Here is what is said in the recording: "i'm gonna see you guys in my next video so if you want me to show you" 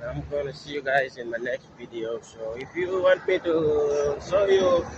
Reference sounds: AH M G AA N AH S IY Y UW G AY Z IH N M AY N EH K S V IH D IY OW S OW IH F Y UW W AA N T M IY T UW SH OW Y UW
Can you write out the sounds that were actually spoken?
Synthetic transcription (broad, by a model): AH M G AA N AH S IY Y UW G AY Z IH N M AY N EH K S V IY D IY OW S OW IH F Y UW W AA N T M IY T UW S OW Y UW